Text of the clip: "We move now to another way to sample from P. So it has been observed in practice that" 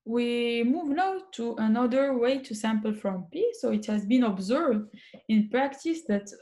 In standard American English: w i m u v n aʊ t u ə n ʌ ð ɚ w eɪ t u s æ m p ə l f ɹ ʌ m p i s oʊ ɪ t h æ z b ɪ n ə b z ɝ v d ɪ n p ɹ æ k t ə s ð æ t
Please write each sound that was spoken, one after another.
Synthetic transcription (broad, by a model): w i m u v n aʊ t u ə n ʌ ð ɚ w eɪ t u s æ m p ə l f ɹ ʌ m p i s oʊ ɪ t h æ z b ɪ n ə b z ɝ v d ɪ n p ɹ æ k t ə s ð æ t